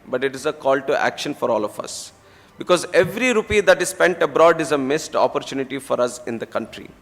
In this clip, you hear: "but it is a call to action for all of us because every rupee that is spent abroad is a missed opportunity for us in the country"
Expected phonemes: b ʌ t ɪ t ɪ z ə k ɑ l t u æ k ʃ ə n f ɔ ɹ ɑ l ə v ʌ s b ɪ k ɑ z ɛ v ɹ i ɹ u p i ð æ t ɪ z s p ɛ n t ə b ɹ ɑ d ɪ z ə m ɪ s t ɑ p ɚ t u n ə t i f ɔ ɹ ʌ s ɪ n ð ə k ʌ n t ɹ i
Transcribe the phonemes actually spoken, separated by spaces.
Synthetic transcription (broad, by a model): b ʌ t ɪ t ɪ z ə k ɑ l t u æ k ʃ ə n f ɔ ɹ ɑ l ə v ʌ s b ɪ k ɑ z ɛ v ɹ i ɹ u p i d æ t ɪ z s p ɛ n t ə b ɹ ɑ d ɪ z ə m ɪ s t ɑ p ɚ t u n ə t i f ɔ ɹ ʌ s ɪ n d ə k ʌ n t ɹ i